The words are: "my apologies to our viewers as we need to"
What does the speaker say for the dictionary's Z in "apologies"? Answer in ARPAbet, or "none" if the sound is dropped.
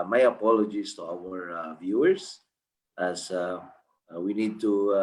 S